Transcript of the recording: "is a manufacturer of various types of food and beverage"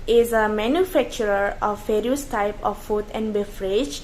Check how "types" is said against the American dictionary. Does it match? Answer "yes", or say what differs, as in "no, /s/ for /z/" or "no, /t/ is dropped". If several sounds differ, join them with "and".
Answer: no, /s/ is dropped